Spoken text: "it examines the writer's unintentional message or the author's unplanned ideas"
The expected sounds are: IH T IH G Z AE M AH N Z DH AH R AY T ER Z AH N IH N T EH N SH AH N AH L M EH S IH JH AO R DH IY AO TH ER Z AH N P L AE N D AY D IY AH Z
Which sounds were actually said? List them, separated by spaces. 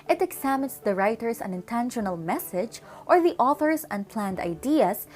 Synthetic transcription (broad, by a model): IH T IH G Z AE M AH N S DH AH R AY T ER S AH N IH N T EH N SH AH N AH L M EH S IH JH AO R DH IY AO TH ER S AH N P L AE N D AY D IY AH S